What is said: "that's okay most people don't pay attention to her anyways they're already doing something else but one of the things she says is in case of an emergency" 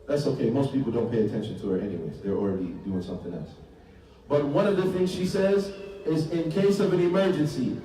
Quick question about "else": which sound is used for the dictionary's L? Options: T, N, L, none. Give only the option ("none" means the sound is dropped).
L